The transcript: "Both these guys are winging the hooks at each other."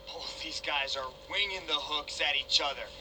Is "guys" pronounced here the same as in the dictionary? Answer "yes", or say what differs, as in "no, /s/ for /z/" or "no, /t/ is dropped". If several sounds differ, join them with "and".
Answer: yes